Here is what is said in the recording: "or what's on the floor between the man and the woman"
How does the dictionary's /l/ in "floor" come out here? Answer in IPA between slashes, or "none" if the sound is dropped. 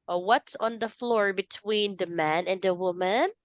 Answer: /l/